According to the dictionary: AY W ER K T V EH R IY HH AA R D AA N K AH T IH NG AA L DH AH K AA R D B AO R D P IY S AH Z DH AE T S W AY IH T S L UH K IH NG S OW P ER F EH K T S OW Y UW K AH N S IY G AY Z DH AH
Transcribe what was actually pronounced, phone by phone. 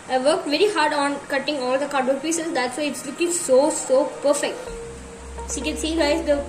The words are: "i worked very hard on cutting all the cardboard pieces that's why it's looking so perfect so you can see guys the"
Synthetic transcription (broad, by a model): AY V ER K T V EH R IY HH AA R D AA N K AH T IH NG AA L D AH K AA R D AO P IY S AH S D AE T S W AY IH T S L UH K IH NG S OW P ER F EH K T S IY K AH N S IY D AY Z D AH